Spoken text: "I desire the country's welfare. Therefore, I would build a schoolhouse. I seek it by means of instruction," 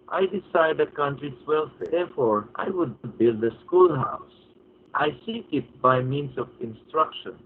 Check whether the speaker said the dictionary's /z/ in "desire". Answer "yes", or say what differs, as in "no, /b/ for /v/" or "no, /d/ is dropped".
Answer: no, /s/ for /z/